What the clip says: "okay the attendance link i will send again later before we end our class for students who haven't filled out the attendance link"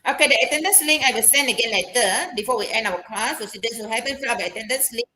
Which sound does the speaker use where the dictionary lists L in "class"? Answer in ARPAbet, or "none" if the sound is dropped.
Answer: none